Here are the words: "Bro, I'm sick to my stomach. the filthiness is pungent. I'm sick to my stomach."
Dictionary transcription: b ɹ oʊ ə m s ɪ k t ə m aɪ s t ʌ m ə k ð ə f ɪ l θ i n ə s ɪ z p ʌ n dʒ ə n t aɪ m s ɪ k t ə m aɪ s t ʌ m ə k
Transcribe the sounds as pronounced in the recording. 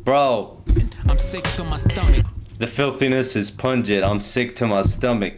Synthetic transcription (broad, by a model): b ɹ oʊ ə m s ɪ k t ə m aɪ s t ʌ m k ð ə f ɪ l θ i n ə s ɪ z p ʌ n dʒ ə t aɪ m s ɪ k t ə m aɪ s t ʌ m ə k